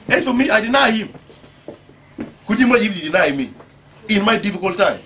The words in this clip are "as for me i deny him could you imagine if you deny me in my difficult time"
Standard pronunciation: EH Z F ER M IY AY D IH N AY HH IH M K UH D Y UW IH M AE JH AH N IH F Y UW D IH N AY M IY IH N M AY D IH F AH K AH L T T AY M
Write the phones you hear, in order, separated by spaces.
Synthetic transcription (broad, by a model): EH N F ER M IY AY D IH N AY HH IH M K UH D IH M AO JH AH IH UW D IH N AY M IY IH N M AY D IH F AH K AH L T T AY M